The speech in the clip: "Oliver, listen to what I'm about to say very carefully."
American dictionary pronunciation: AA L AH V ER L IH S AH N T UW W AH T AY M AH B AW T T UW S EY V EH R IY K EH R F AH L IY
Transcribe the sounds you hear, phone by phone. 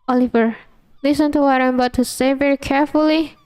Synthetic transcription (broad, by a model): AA L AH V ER L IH S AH N T UW W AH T AY M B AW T T UW S EY V EH R IY K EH R F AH L IY